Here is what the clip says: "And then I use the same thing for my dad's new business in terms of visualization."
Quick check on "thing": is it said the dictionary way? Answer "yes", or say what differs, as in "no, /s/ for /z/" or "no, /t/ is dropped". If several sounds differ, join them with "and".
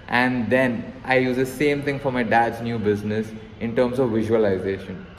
no, /t/ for /θ/